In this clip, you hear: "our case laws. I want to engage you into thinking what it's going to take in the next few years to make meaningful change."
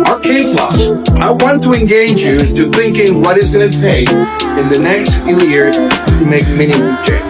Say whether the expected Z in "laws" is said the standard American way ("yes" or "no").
no